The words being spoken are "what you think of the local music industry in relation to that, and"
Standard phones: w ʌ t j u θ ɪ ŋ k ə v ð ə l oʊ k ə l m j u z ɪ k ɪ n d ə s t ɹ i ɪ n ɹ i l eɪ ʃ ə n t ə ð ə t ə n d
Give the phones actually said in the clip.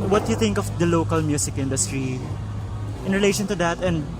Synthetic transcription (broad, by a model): w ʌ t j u θ ɪ ŋ k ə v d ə l oʊ k ə l m j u s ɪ k ɪ n d ə s t ɹ i ɪ n ɹ i l eɪ ʃ ə n t ə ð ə t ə n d